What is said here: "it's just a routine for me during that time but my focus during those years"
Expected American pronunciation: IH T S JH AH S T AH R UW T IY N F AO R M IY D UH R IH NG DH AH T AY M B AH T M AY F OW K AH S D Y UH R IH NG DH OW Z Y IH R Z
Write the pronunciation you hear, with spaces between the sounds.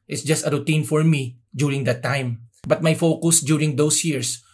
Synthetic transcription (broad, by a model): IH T S JH AH S T AH R UW T IY N F AO R M IY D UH R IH NG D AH T AY M B AH T M AY F OW K AH S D Y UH R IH NG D OW S Y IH R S